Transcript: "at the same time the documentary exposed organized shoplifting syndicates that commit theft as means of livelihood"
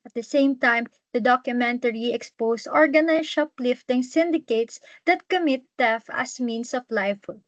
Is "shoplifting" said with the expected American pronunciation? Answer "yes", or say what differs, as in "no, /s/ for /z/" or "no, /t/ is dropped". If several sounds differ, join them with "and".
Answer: yes